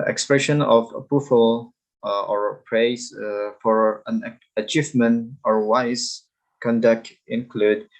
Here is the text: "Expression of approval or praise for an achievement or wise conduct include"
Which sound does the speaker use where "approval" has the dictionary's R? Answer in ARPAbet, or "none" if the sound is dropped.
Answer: none